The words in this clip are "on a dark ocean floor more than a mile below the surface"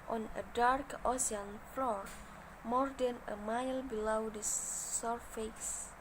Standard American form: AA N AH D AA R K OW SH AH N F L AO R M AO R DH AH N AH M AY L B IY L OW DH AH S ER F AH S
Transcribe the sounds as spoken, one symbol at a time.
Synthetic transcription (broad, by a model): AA N AH D AA R K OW S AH N F L AO R M AO R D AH N AH M AY L B IY L OW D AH S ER F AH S